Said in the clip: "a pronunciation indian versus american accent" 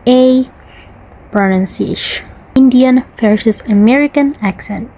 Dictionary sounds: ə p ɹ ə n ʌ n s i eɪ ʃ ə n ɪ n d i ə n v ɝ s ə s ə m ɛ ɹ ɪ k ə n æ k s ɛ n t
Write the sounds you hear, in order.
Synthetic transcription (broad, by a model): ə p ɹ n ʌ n s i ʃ ɪ n d i ə n f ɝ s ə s ə m ɛ ɹ ɪ k ə n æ k s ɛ n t